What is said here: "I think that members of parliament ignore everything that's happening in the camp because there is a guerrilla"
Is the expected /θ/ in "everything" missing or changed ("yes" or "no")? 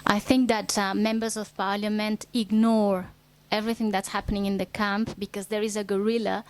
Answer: no